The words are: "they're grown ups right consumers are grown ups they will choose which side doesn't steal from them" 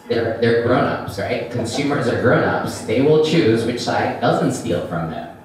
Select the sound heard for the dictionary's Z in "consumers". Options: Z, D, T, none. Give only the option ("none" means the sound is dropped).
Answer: Z